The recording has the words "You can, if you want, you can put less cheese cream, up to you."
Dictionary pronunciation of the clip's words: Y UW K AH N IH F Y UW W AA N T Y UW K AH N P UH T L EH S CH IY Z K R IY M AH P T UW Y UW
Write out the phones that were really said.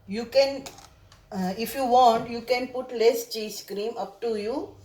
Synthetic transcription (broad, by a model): Y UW K AH N IH F Y UW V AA N T Y UW K AH N P UH T L EH S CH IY S K R IY M AH P T UW Y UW